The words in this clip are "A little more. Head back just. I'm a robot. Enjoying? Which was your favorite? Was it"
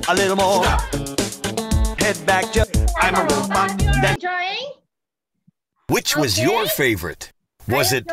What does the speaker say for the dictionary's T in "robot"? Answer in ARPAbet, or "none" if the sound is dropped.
none